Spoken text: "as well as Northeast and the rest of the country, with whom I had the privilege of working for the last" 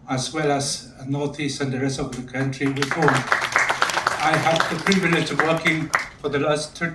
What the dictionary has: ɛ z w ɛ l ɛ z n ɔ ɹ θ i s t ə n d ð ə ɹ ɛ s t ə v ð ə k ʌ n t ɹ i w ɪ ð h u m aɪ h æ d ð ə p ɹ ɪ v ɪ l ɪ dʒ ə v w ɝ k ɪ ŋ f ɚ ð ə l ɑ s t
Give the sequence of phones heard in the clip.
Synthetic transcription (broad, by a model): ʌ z w ɛ l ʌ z n ɔ ɹ θ i s t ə n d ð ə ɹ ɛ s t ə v ð ə k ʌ n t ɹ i w ɪ ð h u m aɪ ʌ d ð ə p ɹ ɪ v ɪ l ɪ dʒ ə v w ɝ k ɪ ŋ f ɚ ð ə l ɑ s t